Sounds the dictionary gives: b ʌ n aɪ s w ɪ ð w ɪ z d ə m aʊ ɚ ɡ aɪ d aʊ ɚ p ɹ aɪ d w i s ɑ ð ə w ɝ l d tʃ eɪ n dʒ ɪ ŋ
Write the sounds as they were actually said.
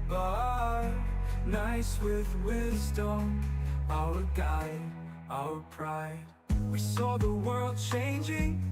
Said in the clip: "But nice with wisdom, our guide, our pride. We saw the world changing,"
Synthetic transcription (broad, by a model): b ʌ n aɪ s w ɪ ð w ɪ z d ə m aʊ ɚ ɡ aɪ d aʊ ɚ p ɹ aɪ d w i s ɑ ð ə w ɝ l d tʃ eɪ n dʒ ɪ ŋ